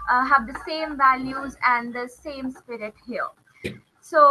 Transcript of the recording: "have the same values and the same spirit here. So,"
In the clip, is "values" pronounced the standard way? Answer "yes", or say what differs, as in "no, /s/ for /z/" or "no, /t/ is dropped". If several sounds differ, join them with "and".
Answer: yes